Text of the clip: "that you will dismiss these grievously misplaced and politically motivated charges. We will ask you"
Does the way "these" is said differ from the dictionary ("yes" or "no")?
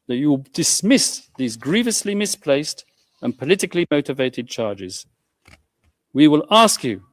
no